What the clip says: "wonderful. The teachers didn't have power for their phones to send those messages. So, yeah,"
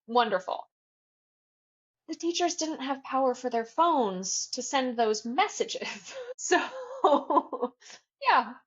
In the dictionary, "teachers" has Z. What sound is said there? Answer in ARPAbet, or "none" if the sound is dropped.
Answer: Z